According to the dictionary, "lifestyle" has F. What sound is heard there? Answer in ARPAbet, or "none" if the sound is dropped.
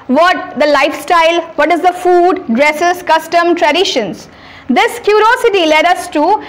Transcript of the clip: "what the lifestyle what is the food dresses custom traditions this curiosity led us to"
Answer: F